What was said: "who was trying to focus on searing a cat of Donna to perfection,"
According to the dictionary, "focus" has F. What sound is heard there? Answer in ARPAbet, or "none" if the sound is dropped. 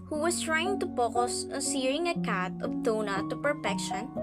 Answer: P